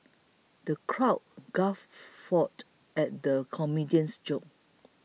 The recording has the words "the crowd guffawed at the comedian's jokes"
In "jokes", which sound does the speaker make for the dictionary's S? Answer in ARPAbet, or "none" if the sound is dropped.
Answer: none